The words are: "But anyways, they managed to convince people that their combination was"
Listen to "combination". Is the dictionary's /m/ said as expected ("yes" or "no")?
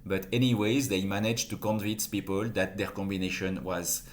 yes